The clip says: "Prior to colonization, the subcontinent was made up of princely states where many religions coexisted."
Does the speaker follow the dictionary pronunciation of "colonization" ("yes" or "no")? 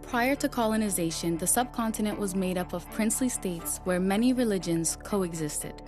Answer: yes